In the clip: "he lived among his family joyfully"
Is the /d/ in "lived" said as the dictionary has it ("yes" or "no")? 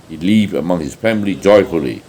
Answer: no